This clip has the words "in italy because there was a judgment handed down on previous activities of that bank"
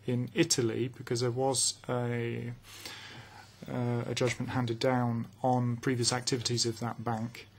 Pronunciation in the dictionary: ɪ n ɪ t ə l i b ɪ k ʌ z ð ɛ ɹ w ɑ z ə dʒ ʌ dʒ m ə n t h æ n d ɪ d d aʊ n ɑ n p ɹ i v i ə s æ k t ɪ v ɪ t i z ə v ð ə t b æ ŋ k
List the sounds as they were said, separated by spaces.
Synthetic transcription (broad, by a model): ɪ n ɪ t ə l i b ɪ k ʌ z ð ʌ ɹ w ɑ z ə dʒ ʌ dʒ m ə n t h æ n d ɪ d d aʊ n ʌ n p ɹ i v i ə s æ k t ɪ v ɪ t i z ə v ð ə t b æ ŋ k